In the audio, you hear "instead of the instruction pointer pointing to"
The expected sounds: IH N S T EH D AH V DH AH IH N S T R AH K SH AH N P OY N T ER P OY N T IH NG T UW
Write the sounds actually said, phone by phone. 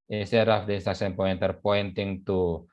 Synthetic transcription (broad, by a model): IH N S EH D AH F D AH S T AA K S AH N P OY N T ER P OY N T IH NG T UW